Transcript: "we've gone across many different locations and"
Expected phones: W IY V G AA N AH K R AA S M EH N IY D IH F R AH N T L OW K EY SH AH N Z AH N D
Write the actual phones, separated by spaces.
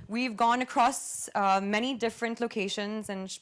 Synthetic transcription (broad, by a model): W IY V G AA N AH K R AA S M EH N IY D IH F R AH N T L OW K EY SH AH N Z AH N